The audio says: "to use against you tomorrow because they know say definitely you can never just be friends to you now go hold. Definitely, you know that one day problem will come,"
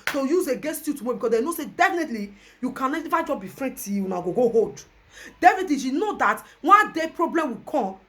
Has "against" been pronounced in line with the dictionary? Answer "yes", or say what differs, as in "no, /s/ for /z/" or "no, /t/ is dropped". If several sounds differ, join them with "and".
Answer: no, /n/ is dropped